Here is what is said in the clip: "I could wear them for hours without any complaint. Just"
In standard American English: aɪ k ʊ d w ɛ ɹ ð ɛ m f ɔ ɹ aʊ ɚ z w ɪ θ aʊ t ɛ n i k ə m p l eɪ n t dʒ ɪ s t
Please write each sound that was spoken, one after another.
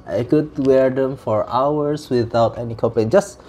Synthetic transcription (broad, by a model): aɪ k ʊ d w ɛ ɹ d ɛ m f ɔ ɹ aʊ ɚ s w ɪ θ aʊ t ɛ n i k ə p eɪ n dʒ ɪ s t